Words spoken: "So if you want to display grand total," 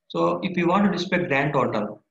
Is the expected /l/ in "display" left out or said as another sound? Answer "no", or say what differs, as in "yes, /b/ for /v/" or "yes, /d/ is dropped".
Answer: yes, /l/ is dropped